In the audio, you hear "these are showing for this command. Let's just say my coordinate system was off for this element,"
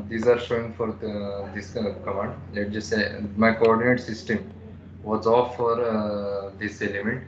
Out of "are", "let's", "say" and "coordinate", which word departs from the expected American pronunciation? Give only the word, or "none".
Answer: let's